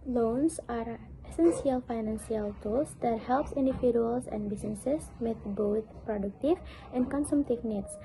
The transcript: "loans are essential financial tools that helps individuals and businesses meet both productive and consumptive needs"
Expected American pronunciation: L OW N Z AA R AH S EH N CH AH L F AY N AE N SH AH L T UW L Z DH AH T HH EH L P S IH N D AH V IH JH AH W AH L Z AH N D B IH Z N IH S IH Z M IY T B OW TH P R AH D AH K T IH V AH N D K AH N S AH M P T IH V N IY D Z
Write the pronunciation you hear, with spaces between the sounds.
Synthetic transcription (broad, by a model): L OW N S AA R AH S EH N S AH L F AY N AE N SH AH L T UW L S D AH T HH EH L P S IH N D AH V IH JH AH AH L S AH N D B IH S N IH S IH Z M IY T B OW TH P R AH D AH K T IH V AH N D K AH N S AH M T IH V N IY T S